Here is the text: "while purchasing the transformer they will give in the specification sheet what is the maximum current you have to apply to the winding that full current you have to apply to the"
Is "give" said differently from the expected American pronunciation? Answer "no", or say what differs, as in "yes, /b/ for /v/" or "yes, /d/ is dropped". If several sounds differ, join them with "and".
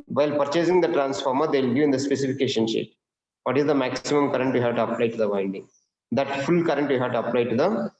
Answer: yes, /v/ is dropped